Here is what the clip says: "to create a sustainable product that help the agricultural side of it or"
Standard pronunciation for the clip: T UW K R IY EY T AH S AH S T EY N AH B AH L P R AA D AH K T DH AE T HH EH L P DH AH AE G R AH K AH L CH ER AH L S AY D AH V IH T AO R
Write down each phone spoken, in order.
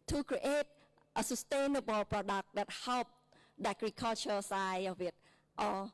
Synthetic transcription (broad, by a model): T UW K R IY EY T AH S AH S T EY N AH B AH L P R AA D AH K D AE T HH EH L P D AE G R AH K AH L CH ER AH S AY AH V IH T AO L